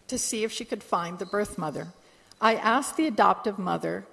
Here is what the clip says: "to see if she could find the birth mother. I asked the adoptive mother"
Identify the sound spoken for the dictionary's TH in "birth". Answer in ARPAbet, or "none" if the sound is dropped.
TH